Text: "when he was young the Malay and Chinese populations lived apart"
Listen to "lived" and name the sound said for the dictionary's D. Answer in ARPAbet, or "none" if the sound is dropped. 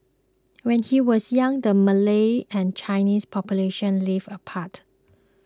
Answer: none